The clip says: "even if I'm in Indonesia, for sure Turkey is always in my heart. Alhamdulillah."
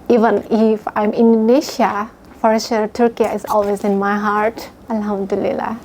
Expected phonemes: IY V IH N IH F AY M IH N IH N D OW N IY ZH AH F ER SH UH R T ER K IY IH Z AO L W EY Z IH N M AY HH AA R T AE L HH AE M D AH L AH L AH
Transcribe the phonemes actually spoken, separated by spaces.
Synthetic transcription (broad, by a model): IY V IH N IH F AY M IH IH N D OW N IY SH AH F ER S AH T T K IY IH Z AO L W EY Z IH N M AY HH AA R T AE L HH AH M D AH L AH L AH